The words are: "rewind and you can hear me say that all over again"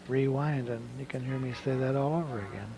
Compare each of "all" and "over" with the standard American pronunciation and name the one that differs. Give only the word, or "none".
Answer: none